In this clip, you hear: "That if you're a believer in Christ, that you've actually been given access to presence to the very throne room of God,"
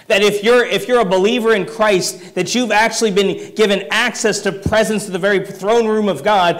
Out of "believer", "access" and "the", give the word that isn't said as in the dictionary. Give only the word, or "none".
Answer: none